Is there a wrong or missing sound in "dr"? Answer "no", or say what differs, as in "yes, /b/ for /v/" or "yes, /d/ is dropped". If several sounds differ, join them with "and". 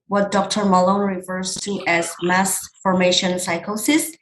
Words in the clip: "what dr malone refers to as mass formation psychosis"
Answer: no